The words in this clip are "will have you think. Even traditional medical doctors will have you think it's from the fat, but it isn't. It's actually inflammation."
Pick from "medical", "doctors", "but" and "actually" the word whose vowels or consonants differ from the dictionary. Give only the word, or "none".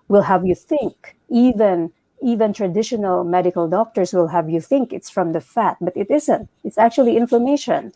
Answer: doctors